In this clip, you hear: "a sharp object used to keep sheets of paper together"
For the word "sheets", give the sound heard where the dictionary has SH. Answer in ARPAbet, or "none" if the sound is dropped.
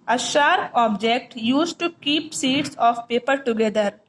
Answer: S